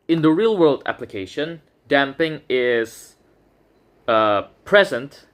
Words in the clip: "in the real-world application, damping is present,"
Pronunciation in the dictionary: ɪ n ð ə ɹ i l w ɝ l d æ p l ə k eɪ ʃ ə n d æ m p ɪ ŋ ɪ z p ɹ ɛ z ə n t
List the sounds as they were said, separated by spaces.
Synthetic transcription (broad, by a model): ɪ n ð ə ɹ i l w ɝ l d æ p l ə k eɪ ʃ ə n d æ m p ɪ ŋ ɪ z p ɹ ɛ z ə n t